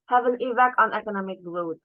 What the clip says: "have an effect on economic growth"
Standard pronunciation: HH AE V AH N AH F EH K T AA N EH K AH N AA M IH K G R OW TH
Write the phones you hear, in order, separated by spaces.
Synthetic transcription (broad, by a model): HH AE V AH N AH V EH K AA N EH K AH N AA M IH K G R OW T